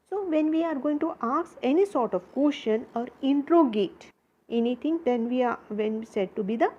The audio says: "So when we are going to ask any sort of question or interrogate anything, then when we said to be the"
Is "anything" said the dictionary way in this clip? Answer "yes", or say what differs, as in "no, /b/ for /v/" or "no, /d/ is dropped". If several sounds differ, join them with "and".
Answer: no, /t/ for /θ/